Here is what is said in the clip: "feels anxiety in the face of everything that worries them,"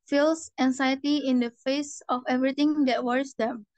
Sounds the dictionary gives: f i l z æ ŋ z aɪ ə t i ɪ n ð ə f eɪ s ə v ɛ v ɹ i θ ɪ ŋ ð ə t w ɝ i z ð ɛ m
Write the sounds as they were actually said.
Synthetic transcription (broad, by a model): f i l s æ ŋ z aɪ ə t i ɪ n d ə f eɪ s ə f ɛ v ɹ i t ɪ ŋ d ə t w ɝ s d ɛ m